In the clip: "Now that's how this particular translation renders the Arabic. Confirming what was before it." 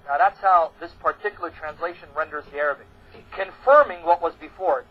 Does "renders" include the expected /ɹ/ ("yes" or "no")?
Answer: yes